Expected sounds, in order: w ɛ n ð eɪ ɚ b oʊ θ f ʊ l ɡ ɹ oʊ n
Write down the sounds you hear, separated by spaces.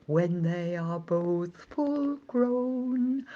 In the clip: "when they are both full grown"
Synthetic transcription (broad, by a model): w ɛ n ð eɪ ɚ b oʊ θ f ʊ l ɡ ɹ oʊ n